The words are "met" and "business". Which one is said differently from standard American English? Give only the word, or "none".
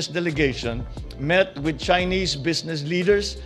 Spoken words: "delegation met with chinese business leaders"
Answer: business